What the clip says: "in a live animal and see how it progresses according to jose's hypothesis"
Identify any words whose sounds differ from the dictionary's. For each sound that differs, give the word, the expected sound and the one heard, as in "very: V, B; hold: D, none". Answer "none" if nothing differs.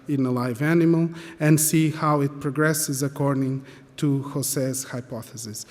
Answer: jose's: Z, S